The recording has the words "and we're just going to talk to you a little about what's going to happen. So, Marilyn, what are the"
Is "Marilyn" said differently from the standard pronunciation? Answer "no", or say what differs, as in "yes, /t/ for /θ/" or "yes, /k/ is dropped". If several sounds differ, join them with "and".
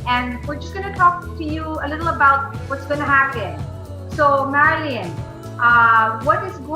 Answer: no